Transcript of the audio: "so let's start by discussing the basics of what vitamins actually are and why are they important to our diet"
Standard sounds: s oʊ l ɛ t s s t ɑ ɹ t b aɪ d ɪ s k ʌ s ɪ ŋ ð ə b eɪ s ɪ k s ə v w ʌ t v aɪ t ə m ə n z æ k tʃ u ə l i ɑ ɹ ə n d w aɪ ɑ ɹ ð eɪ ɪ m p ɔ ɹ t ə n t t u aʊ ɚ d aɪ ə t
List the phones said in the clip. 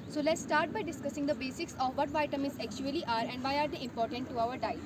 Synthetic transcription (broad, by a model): s oʊ l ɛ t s s t ɑ ɹ t b aɪ d ɪ s k ʌ s ɪ ŋ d ə b eɪ s ɪ k s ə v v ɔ t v aɪ t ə m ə z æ k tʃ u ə l i ɑ ɹ ə n d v aɪ ɑ ɹ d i ɪ m p ɔ ɹ t ə n t t u aʊ ɚ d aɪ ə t